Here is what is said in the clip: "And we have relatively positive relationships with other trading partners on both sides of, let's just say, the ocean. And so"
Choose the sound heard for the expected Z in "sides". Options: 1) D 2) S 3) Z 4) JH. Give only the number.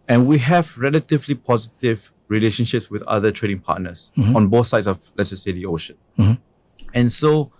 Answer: 2